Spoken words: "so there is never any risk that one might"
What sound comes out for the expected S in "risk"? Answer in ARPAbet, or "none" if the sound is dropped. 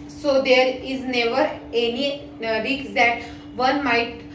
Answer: none